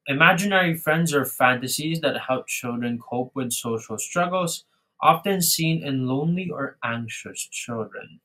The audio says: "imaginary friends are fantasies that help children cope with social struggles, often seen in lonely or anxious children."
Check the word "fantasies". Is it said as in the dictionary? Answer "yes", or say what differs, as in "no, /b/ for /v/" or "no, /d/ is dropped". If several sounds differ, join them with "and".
yes